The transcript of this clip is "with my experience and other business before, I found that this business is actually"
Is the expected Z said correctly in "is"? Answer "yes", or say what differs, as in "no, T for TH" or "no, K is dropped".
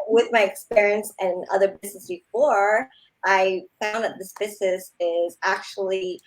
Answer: yes